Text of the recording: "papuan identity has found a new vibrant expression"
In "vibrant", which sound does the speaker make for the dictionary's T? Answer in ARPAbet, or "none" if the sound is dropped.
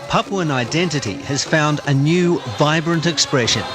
T